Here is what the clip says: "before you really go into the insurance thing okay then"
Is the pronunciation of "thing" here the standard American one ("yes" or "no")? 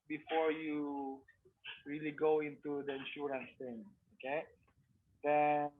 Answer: no